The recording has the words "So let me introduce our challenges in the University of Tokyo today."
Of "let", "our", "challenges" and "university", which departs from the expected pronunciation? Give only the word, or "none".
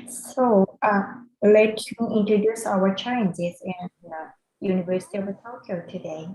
challenges